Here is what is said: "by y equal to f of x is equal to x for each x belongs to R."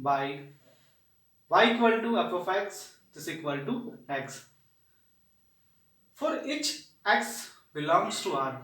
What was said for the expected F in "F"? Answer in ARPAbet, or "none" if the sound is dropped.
P